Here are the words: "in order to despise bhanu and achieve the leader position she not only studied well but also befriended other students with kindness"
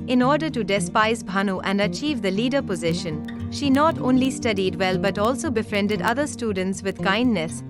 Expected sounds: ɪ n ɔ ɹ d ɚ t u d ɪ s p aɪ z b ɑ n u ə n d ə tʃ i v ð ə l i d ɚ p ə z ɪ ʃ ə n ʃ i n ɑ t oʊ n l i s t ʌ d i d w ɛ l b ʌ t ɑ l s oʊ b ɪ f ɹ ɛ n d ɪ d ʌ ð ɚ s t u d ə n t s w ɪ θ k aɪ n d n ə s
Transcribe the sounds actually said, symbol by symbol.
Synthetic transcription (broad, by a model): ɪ n ɔ ɹ d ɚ t u d ɪ s p aɪ z b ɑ n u ə n d ə tʃ i v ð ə l i d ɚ p ə z ɪ ʃ ə n ʃ i n ɑ t oʊ n l i s t ʌ d i d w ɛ l b ʌ t ɑ l s oʊ b ɪ f ɹ ɛ n d ɪ d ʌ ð ɚ s t u d ə n t s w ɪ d k aɪ n d n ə s